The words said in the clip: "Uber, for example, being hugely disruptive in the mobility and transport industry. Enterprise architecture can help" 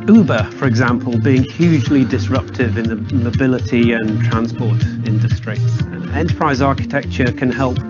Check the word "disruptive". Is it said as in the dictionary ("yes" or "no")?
yes